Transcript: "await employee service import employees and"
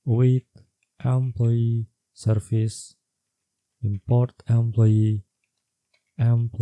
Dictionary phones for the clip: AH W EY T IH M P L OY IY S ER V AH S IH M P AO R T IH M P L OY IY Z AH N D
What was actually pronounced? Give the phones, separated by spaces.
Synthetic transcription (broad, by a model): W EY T IH M P L OY IY S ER F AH S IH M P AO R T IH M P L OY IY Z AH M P